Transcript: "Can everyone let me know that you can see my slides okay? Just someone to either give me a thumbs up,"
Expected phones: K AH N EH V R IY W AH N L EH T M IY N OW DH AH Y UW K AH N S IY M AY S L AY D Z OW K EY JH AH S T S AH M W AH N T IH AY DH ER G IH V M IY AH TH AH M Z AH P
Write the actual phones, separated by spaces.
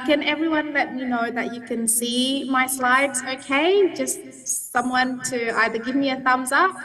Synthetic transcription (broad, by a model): K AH N EH V R IY W AH N L EH T M IY N OW DH AH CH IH K AH N S IY M AY S L AY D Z OW K EY JH AH S T S AH M W AH N T IH AY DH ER G IH V M IY AH TH AH M Z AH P